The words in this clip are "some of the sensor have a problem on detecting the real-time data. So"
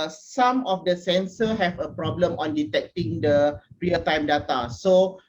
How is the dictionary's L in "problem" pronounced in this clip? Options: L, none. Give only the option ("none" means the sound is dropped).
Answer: L